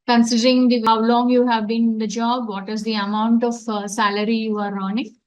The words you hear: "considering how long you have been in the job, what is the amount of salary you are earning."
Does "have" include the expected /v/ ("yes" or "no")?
yes